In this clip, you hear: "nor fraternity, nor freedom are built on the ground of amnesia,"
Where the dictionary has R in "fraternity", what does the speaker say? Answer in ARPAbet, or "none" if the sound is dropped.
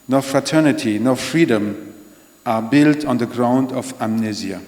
R